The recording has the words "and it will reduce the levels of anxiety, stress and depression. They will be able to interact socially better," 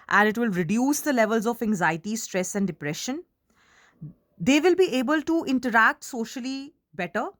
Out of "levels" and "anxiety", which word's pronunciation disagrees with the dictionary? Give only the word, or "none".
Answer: none